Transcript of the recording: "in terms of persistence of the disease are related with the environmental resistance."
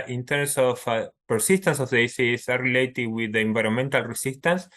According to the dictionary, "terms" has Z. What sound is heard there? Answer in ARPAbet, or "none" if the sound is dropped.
S